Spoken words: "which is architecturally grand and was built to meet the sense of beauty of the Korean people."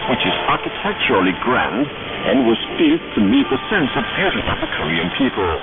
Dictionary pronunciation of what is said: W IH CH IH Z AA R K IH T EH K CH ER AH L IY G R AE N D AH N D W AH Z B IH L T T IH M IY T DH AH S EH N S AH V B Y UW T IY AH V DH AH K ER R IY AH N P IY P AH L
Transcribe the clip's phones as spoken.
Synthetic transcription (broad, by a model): W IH CH IH Z AA R K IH T EH K CH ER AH L IY G R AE N D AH N W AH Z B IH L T T IH M IY T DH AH S EH N S AH V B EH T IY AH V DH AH K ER R IY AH N P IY P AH L